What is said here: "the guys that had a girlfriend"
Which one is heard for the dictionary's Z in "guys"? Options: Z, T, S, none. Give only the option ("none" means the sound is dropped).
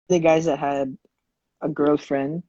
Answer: Z